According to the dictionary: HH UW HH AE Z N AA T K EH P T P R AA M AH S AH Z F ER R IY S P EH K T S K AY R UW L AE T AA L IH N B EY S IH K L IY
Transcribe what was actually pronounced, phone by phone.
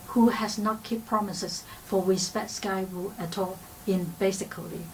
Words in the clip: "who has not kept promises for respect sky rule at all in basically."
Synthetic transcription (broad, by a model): HH UW HH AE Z N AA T K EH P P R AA M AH S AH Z F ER W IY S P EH T S K AY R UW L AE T AA L IH N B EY S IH K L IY